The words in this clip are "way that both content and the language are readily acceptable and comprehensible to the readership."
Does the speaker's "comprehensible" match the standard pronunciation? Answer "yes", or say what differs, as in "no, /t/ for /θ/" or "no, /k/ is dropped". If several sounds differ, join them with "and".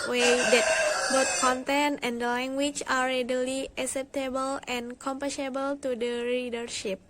no, /ɹ/ is dropped